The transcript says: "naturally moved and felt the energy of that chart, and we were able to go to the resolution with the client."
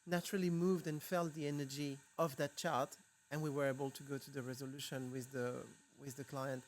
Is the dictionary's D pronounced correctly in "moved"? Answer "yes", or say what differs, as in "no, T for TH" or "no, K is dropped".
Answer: yes